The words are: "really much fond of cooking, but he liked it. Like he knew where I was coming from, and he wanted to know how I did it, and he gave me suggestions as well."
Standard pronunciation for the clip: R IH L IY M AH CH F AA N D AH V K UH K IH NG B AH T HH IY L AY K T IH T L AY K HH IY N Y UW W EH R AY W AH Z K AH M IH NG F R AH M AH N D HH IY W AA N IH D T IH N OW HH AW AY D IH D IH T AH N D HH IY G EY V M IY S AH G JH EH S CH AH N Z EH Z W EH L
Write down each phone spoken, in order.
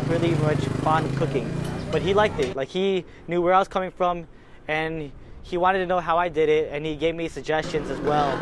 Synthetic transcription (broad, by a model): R IH L IY M AH CH F AA N D AH V K UH K IH NG B AH T HH IY L AY K T IH T L AY K HH IY N Y UW W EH R AY W AH Z K AH M IH NG F R AH M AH N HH IY W AA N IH D T IH N OW HH AW AY D IH D IH T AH N IY G EY V M IY S AH G JH EH S CH AH N Z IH Z W EH L